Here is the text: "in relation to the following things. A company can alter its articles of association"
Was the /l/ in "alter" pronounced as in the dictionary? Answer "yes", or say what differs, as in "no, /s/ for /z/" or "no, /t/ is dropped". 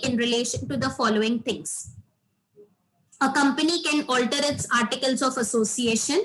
yes